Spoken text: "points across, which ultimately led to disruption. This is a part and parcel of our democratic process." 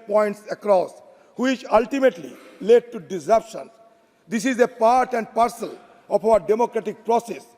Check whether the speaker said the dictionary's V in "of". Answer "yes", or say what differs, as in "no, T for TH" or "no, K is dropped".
no, P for V